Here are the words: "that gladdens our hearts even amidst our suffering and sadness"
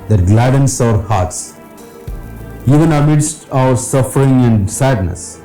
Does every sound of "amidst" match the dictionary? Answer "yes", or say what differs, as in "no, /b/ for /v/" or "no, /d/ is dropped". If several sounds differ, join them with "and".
yes